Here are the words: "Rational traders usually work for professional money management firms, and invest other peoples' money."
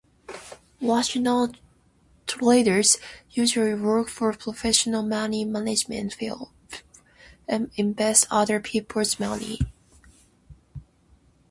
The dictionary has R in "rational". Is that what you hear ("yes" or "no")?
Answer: no